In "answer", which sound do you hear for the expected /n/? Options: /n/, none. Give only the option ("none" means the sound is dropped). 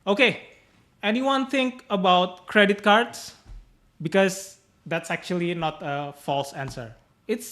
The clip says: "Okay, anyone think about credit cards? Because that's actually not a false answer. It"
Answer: /n/